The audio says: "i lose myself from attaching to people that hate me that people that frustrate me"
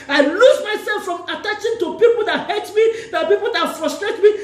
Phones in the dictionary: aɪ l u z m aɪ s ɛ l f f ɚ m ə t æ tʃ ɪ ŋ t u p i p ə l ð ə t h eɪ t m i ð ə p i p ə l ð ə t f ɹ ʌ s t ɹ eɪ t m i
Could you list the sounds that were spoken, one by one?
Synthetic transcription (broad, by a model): aɪ l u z m aɪ s ɛ l f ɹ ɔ m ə t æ tʃ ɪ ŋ t u p i p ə l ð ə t h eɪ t m i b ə p i p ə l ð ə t f ɹ ʌ s t ɹ eɪ t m i